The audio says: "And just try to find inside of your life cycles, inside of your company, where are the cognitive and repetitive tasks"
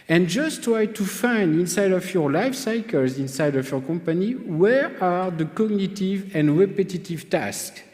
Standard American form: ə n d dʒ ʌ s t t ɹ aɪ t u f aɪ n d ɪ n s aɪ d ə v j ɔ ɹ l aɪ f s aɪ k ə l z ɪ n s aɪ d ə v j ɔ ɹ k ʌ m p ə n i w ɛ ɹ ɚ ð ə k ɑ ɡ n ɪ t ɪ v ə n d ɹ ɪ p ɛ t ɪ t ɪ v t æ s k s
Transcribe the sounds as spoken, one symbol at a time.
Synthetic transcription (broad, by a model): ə n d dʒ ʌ s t t ɹ aɪ t u f aɪ n d ɪ n s aɪ d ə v j ɔ ɹ l aɪ f s aɪ k ə l z ɪ n s aɪ d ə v j ɔ ɹ k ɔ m p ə n i w ɛ ɹ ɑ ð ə k ɑ ɡ n ɪ t ɪ v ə n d ɹ ɪ p ɛ t ɪ t ɪ v t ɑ s k